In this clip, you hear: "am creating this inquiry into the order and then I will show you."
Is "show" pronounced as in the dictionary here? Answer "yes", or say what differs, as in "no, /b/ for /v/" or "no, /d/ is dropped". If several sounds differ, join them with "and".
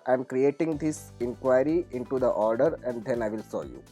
no, /s/ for /ʃ/